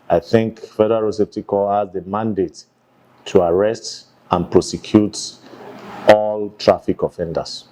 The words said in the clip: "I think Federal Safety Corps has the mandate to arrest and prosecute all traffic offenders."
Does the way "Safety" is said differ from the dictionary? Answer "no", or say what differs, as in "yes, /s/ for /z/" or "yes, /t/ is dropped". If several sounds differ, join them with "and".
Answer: yes, /p/ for /f/